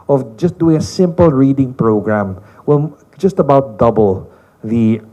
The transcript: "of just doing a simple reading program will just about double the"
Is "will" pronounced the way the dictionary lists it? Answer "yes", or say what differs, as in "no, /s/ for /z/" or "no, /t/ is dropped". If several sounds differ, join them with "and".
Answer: no, /n/ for /l/